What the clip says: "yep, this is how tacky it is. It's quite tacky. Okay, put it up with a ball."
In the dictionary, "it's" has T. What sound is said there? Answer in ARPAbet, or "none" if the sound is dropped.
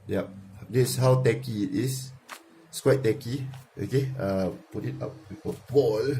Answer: S